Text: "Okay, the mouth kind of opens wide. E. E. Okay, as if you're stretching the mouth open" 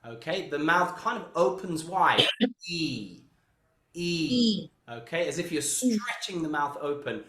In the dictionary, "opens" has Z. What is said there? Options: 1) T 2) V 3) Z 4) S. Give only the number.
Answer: 3